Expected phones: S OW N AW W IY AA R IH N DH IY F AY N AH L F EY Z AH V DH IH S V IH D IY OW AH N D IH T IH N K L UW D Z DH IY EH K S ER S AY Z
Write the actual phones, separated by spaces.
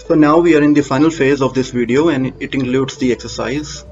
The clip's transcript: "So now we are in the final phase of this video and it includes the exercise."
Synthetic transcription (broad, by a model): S OW N AW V IY AA R IH N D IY F AY N AH L F EY Z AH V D IH S V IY D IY OW AH N D IH T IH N K L UW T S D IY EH K S ER S AY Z